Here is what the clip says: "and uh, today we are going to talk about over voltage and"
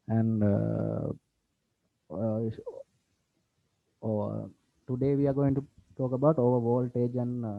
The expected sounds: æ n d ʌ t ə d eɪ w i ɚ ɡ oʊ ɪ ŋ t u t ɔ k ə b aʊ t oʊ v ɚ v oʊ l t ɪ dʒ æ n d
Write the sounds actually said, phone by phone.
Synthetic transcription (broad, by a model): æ n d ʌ t ə d eɪ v i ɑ ɡ oʊ ɪ ŋ t u t ɔ k ə b aʊ t oʊ v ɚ v oʊ l t ɪ dʒ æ n